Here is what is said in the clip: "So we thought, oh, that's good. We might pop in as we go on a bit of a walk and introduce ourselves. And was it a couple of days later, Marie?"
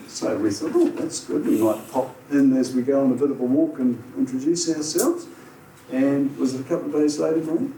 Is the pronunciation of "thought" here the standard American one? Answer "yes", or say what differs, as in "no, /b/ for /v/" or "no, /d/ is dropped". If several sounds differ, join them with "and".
yes